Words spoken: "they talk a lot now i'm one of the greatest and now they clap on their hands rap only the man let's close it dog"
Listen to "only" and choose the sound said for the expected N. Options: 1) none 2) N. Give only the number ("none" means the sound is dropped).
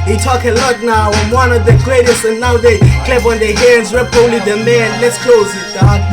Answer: 1